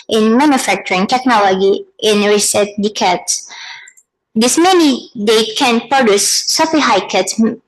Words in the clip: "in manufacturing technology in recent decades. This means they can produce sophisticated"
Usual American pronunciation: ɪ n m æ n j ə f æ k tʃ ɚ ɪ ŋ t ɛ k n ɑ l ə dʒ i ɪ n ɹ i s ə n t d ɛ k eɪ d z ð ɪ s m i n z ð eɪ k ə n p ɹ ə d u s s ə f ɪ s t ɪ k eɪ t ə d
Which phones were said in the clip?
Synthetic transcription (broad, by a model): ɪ n m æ n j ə f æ k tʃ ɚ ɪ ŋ t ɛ k n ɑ l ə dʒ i ɪ n ɹ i s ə t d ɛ k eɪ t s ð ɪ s m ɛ n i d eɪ k ə n p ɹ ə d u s s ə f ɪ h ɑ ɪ k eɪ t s